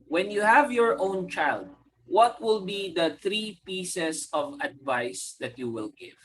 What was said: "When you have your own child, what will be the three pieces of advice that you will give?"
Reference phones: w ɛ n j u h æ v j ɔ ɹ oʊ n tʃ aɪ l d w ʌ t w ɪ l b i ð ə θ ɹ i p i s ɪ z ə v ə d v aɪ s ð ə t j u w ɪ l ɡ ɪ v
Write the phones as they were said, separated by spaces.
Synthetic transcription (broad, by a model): w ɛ n j u h æ v j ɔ ɹ oʊ n tʃ aɪ l d w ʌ t w ɪ l b i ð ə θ ɹ i p i s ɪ s ə v ə d v aɪ s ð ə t j u w ɪ l ɡ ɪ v